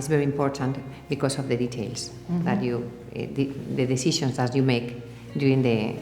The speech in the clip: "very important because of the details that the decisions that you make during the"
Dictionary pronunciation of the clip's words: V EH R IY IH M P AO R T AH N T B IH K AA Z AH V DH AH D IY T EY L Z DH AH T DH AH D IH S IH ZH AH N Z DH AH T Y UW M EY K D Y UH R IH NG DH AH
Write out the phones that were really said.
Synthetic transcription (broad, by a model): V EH R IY IH M P AO R T AH N T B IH K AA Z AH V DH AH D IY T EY L S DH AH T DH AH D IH S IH SH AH N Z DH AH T Y UW M EY K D Y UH R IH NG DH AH